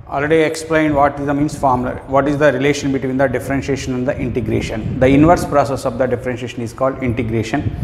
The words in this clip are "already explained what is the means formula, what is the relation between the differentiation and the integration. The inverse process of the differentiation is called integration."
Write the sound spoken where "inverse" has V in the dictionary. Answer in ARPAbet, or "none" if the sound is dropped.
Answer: V